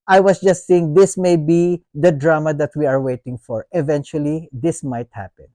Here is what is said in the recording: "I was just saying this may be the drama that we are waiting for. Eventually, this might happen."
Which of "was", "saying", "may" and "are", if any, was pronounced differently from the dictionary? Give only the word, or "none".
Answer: was